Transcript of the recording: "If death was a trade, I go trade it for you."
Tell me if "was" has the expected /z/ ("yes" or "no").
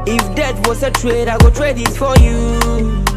no